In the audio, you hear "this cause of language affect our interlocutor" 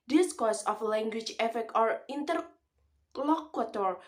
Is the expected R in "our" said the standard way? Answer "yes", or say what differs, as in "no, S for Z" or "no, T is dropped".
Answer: yes